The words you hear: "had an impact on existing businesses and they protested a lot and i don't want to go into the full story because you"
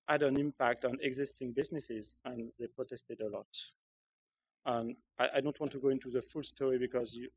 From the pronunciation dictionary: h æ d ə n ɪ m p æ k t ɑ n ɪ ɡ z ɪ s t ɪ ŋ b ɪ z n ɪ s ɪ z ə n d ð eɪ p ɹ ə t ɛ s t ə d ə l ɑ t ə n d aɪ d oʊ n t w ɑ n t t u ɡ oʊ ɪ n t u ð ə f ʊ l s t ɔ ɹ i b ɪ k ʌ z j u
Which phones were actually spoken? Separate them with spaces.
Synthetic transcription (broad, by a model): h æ d ə n ɪ m p æ k t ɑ n ɪ ɡ z ɪ s t ɪ ŋ b ɪ z n ɪ s ɪ z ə n ð eɪ p ɹ ə t ɛ s t ə d ə l ɑ t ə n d aɪ d oʊ n t w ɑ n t t u ɡ oʊ ɪ n t u ð ə f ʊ l s t ɔ ɹ i b ɪ k ʌ z j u